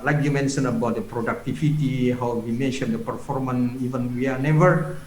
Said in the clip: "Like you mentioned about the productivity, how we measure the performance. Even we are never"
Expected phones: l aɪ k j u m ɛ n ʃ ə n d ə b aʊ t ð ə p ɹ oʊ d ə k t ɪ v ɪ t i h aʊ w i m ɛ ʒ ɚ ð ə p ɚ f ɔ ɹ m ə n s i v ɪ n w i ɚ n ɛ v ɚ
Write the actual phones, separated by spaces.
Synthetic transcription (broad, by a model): l aɪ k j u m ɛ n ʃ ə n ə b aʊ t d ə p ɹ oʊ d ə k t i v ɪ t i h aʊ w i m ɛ ʃ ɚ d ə p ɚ f ɔ ɹ m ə n i v ɪ n w i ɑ n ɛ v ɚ